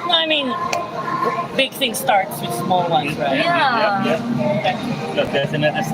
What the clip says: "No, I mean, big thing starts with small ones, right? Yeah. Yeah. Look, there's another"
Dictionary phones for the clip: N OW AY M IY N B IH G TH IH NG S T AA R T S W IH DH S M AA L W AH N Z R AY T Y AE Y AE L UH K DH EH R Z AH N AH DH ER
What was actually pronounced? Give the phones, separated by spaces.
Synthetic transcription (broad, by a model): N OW AY M IY N B IH G TH IH NG S T AA R T S W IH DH S M AA L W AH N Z R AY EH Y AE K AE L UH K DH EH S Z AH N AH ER